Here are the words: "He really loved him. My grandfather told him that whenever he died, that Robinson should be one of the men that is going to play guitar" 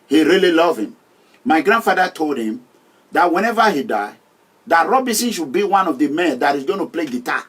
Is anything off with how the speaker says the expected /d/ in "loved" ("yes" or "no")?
yes